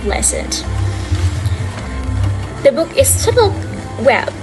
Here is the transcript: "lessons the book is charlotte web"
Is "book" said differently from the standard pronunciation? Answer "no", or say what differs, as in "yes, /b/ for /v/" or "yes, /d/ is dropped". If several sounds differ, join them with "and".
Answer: no